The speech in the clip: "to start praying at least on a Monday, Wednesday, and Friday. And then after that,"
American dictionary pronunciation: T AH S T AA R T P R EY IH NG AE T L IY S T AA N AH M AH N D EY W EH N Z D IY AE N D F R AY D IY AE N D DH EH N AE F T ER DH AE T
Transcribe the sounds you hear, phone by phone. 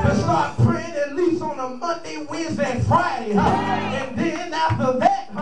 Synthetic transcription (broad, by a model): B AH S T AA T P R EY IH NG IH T L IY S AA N AH M AH N D EY W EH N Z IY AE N F R AY D IY N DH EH N AE F T ER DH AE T